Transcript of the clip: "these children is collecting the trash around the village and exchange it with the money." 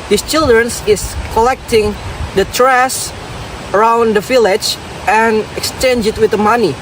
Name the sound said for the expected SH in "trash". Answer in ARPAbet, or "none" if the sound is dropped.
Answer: S